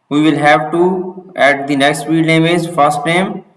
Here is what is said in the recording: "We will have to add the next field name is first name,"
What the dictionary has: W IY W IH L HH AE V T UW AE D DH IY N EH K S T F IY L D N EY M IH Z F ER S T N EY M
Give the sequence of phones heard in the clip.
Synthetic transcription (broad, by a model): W IY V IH L HH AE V T UW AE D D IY N EH K S T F IY D N EY M IH Z F ER S T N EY M